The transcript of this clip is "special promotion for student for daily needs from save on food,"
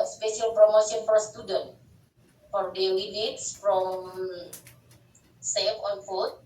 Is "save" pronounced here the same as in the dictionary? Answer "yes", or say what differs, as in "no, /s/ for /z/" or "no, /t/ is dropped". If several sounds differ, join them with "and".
no, /f/ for /v/